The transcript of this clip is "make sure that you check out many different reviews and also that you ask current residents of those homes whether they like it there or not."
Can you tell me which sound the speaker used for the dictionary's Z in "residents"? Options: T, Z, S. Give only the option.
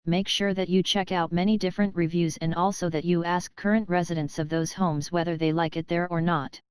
Z